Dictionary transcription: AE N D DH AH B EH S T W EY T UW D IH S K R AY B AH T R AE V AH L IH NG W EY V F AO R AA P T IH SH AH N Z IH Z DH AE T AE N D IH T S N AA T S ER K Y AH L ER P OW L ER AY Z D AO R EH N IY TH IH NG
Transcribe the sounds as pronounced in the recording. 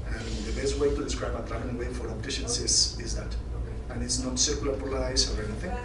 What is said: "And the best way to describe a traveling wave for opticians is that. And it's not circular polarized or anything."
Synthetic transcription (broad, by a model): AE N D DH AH B EH S T W EY T UW D IH S K R AY B AH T R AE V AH N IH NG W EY F AO R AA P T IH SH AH N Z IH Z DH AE T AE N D IH T S N AA T S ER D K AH L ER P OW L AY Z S AO R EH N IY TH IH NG